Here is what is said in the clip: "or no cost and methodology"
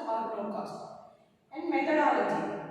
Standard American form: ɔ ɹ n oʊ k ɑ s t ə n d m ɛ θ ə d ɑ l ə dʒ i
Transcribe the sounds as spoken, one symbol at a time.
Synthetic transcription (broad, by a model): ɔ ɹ l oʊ k ɑ s t ə n d m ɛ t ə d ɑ l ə dʒ i